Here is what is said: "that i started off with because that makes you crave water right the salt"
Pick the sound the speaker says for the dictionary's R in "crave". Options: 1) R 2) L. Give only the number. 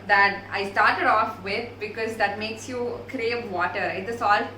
1